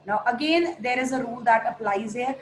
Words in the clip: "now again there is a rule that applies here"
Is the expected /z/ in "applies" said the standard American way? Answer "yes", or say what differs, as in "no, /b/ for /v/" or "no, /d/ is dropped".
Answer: yes